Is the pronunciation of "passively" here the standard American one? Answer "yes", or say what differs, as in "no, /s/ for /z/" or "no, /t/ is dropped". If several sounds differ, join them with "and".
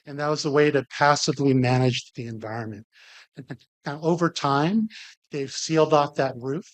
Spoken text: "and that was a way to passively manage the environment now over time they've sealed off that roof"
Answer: yes